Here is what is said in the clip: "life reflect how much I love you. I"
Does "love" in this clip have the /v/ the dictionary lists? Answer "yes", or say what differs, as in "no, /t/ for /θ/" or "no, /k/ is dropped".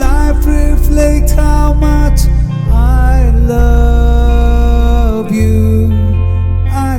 yes